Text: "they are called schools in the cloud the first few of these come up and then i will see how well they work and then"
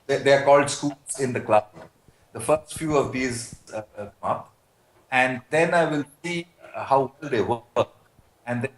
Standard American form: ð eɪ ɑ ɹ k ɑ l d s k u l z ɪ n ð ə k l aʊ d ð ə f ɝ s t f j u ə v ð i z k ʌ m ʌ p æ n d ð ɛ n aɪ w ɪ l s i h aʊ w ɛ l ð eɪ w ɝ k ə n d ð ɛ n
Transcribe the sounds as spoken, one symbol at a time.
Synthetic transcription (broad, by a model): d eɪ ɑ ɹ k ɑ l d s k u l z ɪ n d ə k l aʊ d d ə f ɝ s t f j u ə v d i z k ʌ m ʌ p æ n d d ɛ n aɪ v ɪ l s i h aʊ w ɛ l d eɪ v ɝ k ə n d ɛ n